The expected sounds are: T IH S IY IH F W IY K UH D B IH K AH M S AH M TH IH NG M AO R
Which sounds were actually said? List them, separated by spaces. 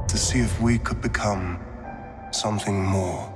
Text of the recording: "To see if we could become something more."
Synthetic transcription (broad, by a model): T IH S IY IH F W IY K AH D B IH K AH M S AH M TH IH NG M AO R